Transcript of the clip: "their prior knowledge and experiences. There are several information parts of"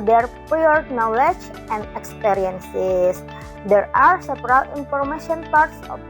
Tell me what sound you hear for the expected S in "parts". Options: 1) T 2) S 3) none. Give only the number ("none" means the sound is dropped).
2